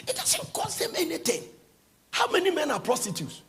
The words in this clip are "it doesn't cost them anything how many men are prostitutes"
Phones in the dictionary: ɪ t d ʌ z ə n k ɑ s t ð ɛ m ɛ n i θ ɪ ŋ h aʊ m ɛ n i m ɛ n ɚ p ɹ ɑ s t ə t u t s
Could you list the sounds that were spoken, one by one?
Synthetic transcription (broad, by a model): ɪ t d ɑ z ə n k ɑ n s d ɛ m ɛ n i t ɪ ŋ h aʊ m ɛ n i m ɛ n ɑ p ɹ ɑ s t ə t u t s